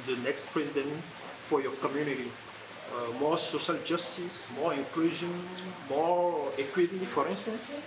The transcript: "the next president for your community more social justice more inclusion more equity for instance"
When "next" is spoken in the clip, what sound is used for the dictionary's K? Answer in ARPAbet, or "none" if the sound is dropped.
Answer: K